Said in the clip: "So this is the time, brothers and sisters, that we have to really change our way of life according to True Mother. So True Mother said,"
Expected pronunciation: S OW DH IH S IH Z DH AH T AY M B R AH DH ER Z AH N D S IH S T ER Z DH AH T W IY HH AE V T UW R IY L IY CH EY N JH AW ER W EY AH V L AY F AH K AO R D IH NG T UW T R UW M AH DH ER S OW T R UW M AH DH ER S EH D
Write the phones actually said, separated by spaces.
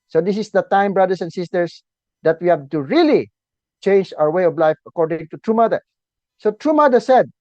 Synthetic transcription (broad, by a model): S OW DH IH S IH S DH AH T AY M B R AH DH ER S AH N S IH S T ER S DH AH T W IY HH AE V T UW R IY L IY CH EY N JH AW ER W EY AH V L AY F AH K AO R D IH NG T UW T R UW M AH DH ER S OW T R UW M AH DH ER S EH D